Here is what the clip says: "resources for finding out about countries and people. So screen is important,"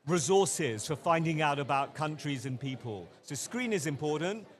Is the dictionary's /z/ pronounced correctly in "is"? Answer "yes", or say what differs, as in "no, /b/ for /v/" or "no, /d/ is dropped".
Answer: yes